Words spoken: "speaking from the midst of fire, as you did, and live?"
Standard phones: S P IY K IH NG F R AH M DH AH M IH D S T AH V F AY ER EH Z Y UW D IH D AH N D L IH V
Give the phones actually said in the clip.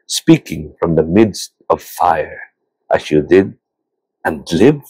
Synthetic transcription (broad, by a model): S P IY K IH NG F R AH M DH AH M IH D S T AH V F AY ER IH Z Y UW D IH D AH N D L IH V